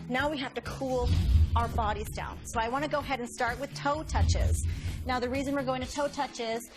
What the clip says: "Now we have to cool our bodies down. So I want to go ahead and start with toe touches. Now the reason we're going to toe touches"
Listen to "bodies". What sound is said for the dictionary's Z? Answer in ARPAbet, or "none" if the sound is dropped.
Z